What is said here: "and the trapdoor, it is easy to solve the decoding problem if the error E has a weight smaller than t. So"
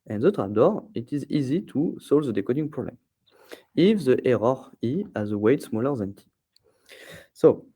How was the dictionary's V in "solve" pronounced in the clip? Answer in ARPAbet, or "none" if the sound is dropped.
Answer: V